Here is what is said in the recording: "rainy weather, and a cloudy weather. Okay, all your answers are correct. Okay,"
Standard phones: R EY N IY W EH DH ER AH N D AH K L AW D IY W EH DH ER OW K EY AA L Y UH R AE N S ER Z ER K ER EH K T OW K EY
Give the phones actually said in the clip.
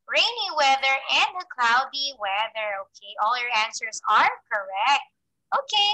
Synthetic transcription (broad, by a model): R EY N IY W EH DH ER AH N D AH K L AW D IY W EH DH ER OW K EY AA L Y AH R AE N S ER Z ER K ER EH K T OW K EY